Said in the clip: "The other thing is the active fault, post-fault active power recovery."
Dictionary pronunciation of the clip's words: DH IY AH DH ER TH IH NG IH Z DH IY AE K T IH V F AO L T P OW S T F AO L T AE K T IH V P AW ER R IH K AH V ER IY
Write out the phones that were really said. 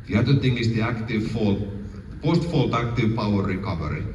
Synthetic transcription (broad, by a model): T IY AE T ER T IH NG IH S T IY AE K T IH V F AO L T P OW S T F AO L T AE K T IH V P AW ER R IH K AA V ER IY